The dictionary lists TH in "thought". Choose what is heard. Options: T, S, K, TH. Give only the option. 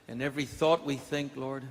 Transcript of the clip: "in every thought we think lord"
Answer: TH